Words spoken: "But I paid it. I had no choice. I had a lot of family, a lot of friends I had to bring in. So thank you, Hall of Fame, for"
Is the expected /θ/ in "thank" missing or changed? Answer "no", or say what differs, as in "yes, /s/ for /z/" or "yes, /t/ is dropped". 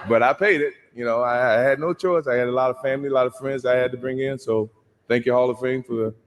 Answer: no